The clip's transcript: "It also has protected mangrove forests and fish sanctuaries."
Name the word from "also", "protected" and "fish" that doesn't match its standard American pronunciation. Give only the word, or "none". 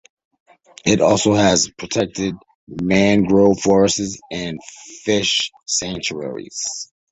none